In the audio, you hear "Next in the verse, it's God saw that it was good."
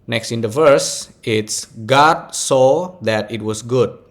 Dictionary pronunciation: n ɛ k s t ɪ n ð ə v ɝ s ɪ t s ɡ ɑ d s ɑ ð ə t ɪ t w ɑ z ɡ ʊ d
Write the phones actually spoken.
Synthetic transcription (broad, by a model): n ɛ k s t ɪ n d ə v ɝ s ɪ t s ɡ ɑ d s ɑ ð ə t ɪ t w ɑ s ɡ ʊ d